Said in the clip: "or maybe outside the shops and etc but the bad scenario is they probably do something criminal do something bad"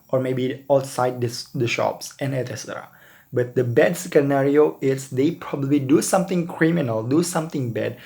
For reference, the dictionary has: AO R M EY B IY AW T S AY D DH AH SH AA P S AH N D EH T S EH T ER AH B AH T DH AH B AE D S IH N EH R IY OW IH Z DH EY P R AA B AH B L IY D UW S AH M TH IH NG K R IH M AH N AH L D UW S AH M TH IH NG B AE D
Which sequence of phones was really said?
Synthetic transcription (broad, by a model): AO R M EY B IY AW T S AY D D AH SH AA P S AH N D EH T EH S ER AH B AH T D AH B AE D S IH N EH R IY OW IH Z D EY P R AA B AH B L IY D UW S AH M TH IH NG K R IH M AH N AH L D UW S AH M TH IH NG B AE D